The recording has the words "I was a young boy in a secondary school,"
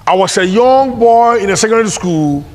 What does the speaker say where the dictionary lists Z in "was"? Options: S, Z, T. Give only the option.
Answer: S